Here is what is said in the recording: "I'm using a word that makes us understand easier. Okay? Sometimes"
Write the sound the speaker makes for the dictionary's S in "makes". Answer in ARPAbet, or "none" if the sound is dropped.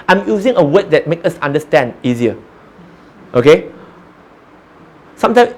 none